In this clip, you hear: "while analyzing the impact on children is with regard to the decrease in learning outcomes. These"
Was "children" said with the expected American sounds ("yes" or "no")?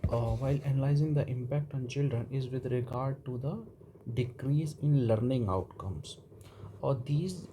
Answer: yes